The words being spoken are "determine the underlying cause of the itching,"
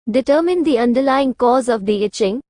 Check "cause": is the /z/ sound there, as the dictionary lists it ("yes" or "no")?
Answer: yes